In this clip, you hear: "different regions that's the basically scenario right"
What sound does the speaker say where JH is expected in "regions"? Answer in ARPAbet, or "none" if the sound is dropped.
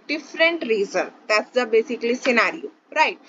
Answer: Z